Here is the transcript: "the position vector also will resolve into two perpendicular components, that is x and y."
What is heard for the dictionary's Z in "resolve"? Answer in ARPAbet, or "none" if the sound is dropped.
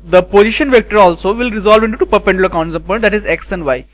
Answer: Z